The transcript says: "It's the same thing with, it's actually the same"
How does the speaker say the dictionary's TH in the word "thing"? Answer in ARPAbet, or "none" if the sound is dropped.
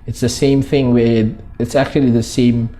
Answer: TH